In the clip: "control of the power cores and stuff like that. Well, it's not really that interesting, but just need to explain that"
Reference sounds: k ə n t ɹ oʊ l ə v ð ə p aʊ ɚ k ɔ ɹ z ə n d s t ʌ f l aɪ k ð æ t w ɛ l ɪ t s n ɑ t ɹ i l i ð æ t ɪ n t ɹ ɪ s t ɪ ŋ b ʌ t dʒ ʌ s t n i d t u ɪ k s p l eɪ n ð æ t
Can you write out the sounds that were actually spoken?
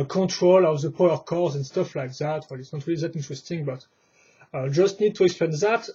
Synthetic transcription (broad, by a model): k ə n t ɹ oʊ l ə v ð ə p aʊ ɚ k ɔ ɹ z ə n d s t ʌ f l aɪ k ð æ t w ɛ l ɪ t s n ɑ t ɹ i l i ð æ t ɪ n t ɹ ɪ s t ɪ ŋ b ʌ t dʒ ʌ s t n i d t u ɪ k s p l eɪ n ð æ t